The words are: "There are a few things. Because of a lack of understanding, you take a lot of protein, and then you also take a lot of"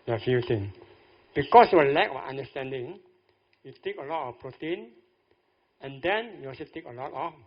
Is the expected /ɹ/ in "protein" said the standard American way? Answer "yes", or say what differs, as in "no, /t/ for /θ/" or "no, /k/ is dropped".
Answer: yes